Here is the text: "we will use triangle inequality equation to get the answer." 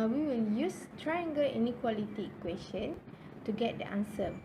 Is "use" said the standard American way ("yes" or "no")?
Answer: yes